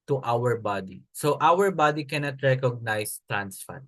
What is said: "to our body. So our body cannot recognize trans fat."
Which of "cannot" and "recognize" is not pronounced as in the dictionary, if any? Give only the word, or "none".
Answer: recognize